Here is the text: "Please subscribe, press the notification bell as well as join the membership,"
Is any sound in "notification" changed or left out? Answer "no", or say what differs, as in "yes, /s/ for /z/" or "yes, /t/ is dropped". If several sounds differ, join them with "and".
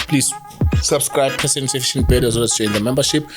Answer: yes, /s/ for /t/